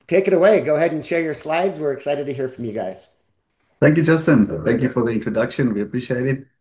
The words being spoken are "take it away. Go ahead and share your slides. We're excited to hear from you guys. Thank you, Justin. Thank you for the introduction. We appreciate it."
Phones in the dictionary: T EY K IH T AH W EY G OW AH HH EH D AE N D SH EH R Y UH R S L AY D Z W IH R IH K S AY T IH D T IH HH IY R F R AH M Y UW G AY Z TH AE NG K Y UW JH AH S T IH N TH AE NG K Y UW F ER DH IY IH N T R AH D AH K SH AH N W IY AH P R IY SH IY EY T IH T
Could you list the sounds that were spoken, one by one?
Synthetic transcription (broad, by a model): T EY K IH T AH W EY G OW AH HH EH D N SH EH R Y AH R S L AY D Z W IH R IH K S AY T IH D T IH HH IY R F R AH M Y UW G AY Z TH AE NG K Y UW JH AH S T IH N TH AE NG K Y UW F ER DH IY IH N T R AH D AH K SH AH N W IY AH P R IY SH IY EY T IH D